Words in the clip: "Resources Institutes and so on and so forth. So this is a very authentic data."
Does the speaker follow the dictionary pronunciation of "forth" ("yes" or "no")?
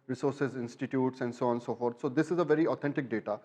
no